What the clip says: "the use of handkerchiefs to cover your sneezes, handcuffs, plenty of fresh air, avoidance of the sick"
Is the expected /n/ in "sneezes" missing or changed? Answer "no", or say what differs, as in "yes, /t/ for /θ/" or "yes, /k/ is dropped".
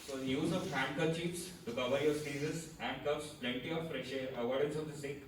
yes, /n/ is dropped